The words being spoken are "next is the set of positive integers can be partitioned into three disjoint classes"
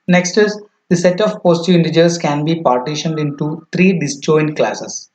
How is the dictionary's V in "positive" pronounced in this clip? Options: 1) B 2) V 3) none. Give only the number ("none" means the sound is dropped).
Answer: 3